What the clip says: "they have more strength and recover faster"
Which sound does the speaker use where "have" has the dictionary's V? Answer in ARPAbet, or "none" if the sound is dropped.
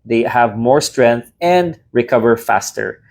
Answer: V